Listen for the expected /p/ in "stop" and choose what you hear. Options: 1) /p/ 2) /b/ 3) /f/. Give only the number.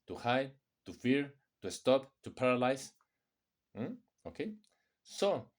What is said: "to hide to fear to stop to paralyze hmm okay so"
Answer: 1